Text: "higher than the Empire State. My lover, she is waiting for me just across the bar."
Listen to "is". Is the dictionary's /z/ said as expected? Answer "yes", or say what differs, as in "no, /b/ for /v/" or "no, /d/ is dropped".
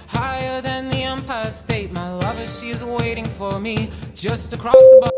yes